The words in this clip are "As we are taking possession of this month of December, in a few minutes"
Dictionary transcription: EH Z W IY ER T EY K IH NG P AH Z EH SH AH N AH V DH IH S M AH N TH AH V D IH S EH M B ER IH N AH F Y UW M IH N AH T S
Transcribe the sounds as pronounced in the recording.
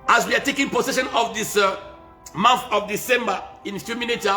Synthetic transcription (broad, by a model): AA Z W IY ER T EY K IH NG P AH S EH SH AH N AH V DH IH S M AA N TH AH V D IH S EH M B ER IH N F Y UW M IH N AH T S